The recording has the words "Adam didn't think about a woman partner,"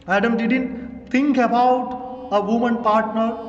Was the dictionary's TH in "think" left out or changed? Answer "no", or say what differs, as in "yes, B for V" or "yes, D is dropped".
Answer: yes, T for TH